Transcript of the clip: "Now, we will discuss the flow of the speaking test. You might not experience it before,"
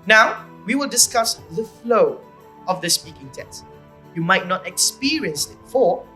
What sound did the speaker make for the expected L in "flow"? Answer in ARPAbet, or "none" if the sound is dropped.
L